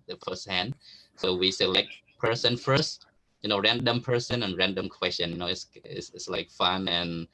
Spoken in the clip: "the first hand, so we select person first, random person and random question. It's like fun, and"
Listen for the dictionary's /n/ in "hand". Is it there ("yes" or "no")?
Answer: yes